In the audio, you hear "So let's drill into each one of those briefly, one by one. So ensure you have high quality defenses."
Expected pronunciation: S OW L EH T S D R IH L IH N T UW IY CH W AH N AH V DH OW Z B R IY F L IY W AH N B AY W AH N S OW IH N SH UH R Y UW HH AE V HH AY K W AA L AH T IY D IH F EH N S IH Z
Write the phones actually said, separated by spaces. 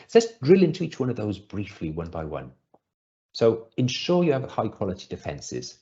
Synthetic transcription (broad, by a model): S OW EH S D R IH L IH N T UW IY CH W AH N AH V DH OW Z B R IY F L IY W AH N B AY W AH N S OW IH N SH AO Y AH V HH AY K W AA L AH T IY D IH F EH N S IH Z